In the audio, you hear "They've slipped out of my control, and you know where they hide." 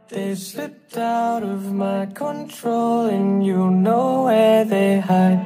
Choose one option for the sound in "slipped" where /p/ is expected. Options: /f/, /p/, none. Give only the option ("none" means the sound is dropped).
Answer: none